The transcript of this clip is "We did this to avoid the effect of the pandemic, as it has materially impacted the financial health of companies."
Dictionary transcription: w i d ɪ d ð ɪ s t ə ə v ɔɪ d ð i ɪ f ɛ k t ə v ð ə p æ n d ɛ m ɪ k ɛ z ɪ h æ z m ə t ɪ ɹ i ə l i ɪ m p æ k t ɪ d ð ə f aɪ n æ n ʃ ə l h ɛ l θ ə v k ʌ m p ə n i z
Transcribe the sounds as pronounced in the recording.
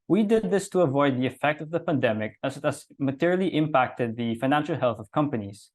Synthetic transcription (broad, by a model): w i d ɪ d ð ɪ s t ə ə v ɔɪ d ð i ɪ f ɛ k t ə v ð ə p æ n d ɛ m ɪ k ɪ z ɪ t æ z m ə t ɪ ɹ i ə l i ɪ m p æ k t ɪ d ð ə f aɪ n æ n ʃ l h ɛ l θ ə v k ʌ m p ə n i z